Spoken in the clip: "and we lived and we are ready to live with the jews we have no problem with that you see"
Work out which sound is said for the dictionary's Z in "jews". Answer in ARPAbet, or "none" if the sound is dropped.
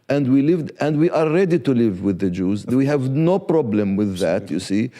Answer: Z